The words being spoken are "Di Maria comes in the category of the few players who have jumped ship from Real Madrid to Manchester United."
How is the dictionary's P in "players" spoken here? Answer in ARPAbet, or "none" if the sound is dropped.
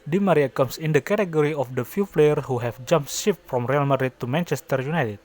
F